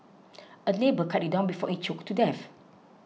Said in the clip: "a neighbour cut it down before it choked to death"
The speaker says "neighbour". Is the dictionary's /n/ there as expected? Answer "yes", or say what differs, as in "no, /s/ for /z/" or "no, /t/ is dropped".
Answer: no, /l/ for /n/